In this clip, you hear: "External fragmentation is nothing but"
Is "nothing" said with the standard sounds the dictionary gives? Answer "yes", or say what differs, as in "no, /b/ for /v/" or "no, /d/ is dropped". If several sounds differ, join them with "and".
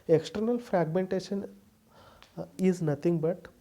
no, /t/ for /θ/